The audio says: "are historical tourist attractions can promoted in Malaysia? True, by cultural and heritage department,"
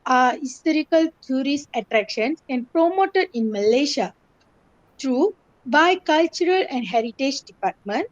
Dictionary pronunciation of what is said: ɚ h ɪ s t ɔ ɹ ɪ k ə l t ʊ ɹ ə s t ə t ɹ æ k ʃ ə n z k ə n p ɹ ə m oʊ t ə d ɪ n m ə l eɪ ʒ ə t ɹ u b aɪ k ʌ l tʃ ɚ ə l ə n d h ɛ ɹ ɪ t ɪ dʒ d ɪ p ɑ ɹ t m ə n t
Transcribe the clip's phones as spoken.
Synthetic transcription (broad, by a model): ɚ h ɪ s t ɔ ɹ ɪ k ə l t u ɹ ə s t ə t ɹ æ k ʃ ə n s k ə n p ɹ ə m oʊ t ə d ɪ n m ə l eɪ ʃ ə t ɹ u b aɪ k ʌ l tʃ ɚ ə l ə n d h ɛ ɹ ɪ t ɪ dʒ d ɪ p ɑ ɹ t m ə n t